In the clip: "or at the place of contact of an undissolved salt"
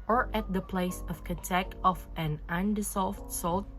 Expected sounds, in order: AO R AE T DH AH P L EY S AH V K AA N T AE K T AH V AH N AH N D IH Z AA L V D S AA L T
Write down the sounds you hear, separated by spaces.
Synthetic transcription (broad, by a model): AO R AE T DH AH P L EY S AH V K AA T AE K AH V AH N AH N D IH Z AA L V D S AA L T